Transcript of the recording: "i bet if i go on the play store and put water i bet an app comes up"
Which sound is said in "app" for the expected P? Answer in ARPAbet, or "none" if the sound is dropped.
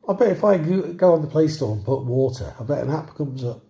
B